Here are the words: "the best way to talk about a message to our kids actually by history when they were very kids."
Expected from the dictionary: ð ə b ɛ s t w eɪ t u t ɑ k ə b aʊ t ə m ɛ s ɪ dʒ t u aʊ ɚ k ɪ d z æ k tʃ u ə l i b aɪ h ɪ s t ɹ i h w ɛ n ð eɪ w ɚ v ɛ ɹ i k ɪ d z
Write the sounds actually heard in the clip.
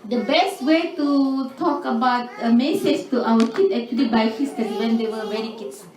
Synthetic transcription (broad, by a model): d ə b ɛ s t w eɪ t u t ɑ k ə b aʊ t ə m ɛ s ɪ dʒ t u aʊ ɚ k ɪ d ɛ k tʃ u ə l i b aɪ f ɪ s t i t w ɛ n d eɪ w ɚ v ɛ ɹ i k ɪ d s